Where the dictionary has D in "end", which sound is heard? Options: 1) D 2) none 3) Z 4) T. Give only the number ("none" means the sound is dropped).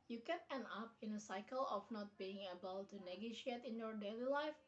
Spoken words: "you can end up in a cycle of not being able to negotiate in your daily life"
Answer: 2